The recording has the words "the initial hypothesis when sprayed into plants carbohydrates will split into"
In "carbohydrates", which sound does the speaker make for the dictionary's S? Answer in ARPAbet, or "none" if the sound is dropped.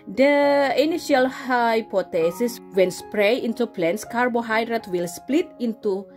none